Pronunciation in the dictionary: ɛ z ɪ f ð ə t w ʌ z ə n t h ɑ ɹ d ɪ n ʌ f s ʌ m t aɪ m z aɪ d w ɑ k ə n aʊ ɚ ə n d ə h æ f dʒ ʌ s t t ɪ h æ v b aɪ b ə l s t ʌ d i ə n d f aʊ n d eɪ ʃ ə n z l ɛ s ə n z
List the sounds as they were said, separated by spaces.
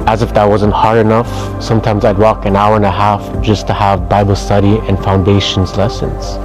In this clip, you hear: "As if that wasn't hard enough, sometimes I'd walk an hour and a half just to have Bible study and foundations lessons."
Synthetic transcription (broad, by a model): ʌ z ɪ f ð ə t w ʌ z ə n t h ɑ ɹ d ɪ n ʌ f s ʌ m t aɪ m z aɪ d w ɑ k ə n aʊ ɚ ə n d ə h æ f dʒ ʌ s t t ɪ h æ v b aɪ b l s t ʌ d i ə n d f aʊ n d eɪ ʃ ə n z l ɛ s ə n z